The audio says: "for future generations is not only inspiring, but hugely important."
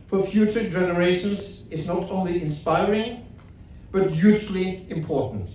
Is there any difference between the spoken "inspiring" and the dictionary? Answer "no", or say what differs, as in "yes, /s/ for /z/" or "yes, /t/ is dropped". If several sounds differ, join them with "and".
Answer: no